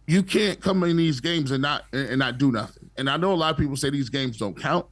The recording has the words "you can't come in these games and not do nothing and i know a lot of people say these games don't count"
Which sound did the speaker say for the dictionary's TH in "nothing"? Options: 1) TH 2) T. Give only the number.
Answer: 1